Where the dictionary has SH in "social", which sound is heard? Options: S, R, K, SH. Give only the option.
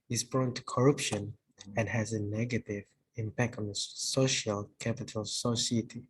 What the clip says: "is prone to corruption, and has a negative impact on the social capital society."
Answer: SH